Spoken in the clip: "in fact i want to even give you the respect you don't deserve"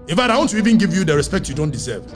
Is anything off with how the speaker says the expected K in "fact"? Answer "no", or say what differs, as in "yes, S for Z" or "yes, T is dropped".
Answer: yes, K is dropped